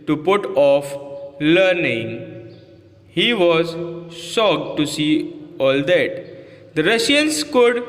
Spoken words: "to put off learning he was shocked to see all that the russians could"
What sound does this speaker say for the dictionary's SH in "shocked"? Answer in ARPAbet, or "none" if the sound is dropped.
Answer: S